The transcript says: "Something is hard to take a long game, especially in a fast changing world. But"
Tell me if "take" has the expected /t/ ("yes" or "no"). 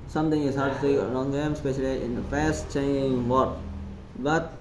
no